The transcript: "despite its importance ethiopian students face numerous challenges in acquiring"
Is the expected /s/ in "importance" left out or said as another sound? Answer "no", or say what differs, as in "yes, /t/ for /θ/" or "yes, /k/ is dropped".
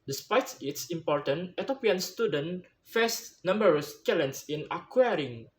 yes, /s/ is dropped